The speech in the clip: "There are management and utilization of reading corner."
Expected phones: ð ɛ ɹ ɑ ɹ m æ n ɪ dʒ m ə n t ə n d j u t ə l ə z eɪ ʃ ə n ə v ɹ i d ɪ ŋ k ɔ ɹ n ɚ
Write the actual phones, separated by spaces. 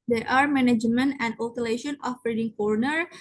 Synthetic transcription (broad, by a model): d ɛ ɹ ɑ ɹ m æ n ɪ dʒ m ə n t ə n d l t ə l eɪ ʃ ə n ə b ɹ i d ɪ ŋ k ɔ ɹ n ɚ